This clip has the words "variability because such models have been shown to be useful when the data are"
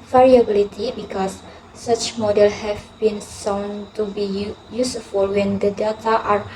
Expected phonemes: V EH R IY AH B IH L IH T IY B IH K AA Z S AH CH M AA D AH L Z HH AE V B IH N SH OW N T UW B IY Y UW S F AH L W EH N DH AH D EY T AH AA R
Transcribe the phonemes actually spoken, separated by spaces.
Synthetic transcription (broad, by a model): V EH R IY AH B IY L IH T IY B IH K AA S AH CH M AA D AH L HH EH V B IH N S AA N T UW B IY Y UW S F AH L W EH N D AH D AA T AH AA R